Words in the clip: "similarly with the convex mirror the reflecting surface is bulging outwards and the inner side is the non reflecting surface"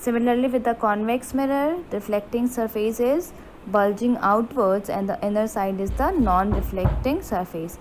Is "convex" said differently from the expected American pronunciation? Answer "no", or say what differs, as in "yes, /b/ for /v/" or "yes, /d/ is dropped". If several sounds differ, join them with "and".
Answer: no